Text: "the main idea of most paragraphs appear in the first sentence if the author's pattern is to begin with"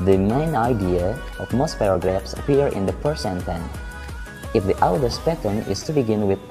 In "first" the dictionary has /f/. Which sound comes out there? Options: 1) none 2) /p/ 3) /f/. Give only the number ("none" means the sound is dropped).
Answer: 2